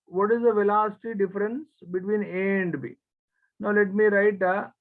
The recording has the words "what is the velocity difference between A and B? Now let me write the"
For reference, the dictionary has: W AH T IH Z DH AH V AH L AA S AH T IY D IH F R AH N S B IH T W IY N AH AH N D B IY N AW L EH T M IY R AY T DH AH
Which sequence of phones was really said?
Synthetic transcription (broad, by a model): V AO T IH Z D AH V AH L AA S AH T IY D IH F R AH N S B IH T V IY N AH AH N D B IY N AW L EH T M IY R AY T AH